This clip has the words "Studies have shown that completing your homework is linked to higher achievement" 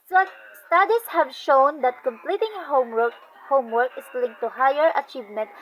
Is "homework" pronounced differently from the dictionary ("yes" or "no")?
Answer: no